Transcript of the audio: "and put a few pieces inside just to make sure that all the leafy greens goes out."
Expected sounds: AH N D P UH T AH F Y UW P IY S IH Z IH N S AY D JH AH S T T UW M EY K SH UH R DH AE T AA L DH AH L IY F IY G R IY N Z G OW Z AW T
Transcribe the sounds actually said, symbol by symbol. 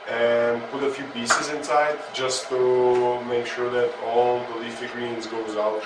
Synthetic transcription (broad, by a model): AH N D P UH T AH F Y UW B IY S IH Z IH N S AY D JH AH S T T UW M EY K SH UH R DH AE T AA L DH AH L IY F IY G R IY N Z G OW Z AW T